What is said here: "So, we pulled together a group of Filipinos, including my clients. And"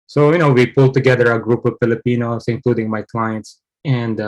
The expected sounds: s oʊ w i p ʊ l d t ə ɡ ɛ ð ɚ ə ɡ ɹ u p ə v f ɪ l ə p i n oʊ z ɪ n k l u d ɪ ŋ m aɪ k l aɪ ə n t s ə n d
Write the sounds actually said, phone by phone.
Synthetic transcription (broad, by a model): s oʊ w i p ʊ l t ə ɡ ɛ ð ɚ ə ɡ ɹ u p ə v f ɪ l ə p i n oʊ s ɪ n k l u d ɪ ŋ m aɪ k l aɪ ə n t s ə n d